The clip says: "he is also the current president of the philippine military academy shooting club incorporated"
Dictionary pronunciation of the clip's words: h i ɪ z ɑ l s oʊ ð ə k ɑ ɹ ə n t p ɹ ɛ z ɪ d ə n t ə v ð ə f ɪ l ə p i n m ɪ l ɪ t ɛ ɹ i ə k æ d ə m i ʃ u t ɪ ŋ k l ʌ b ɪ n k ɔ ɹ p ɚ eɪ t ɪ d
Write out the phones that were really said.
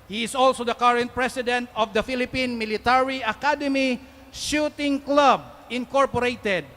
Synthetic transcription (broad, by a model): h i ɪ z ɑ l s oʊ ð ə k ɑ ɹ ə n t p ɹ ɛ s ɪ d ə n t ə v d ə f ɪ l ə p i n m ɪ l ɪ t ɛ ɹ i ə k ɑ d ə m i ʃ u t ɪ ŋ k l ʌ b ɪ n k ɔ ɹ p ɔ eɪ t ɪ d